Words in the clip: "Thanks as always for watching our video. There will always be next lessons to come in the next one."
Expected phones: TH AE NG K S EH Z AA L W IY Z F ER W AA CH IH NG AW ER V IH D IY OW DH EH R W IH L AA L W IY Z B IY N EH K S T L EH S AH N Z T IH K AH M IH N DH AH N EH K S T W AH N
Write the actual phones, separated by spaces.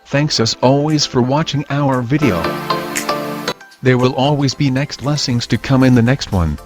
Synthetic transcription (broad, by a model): TH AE NG K S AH S AA L W IY Z F ER W AA CH IH NG AW ER V IH D IY OW DH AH R W IH L AA L W IY Z B IY N EH K S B L EH S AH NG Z T IH K AH M IH N DH AH N EH K S T W AH N